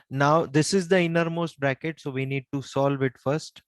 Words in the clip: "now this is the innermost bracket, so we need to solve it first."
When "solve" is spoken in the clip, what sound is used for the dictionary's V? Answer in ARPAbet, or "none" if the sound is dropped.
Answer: V